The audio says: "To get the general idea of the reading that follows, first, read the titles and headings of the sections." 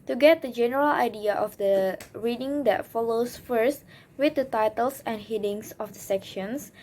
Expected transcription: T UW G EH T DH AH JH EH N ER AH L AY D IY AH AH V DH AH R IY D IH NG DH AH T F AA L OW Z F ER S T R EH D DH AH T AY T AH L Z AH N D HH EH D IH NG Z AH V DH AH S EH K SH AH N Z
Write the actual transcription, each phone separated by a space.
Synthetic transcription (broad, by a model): T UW G EH T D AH JH EH N ER AH L AY D IY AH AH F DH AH R IY D IH NG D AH T F AA L OW S F ER S T W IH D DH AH T AY T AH L S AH N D HH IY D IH NG S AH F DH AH S EH K SH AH N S